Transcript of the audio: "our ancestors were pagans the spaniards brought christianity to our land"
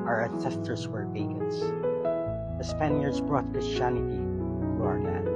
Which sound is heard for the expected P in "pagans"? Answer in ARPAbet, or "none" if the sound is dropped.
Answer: B